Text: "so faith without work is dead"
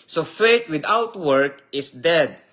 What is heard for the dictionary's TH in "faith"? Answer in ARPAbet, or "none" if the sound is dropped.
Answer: T